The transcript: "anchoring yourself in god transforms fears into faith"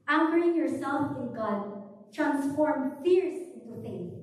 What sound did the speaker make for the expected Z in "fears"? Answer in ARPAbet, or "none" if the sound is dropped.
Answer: S